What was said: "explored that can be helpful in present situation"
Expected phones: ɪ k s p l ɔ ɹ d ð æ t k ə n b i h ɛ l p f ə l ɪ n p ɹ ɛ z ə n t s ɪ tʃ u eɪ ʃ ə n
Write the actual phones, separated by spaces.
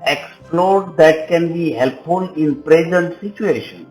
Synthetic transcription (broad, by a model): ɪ k s p l ɔ ɹ d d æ t k ə n b i h ɛ l p f ə l ɪ n p ɹ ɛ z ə n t s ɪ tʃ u eɪ ʃ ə n